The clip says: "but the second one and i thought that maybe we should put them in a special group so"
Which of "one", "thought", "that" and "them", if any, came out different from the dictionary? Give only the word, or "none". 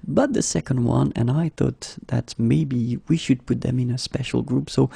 none